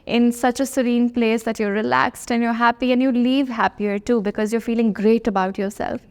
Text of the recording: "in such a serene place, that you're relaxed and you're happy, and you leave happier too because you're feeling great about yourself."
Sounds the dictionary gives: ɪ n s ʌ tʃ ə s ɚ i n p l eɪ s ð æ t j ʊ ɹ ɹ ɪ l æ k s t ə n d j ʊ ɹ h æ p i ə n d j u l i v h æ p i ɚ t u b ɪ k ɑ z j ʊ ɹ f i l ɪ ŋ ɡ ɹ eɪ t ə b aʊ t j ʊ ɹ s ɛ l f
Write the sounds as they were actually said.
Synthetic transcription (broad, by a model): ɪ n s ʌ tʃ ə s ɚ i n p l eɪ s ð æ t j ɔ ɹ ɹ ɪ l æ k s t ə n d j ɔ ɹ h æ p i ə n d j u l i v h æ p i ɚ t u b ɪ k ɑ z j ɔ ɹ f i l ɪ ŋ ɡ ɹ eɪ t ə b aʊ t j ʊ ɹ s ɛ l f